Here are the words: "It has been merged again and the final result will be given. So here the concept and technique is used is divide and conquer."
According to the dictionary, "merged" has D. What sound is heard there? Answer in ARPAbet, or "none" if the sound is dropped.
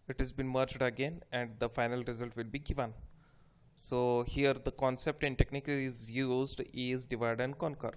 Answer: D